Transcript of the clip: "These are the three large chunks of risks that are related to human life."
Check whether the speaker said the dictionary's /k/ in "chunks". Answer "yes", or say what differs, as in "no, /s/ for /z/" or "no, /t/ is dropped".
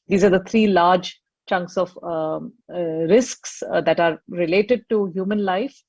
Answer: yes